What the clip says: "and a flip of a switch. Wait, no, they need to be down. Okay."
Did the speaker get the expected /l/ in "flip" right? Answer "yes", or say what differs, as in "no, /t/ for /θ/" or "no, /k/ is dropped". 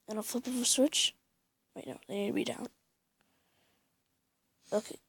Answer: no, /l/ is dropped